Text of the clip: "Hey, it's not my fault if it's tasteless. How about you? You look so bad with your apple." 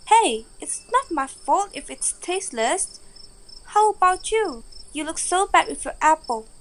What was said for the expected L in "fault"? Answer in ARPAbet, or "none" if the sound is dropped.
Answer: L